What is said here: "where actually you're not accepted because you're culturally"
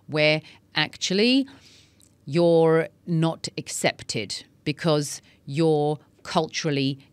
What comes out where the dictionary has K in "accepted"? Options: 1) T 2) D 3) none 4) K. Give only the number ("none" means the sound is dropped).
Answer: 4